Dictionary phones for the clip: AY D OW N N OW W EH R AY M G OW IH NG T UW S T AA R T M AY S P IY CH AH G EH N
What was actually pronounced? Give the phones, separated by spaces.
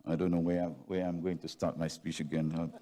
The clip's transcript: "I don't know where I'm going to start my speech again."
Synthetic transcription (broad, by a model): AY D OW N N OW W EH W AY M G OW IH NG T UW S T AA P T M AY S P IY CH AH G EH N